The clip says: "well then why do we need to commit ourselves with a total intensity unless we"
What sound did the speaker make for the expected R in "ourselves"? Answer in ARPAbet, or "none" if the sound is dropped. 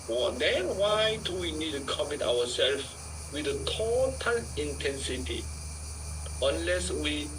W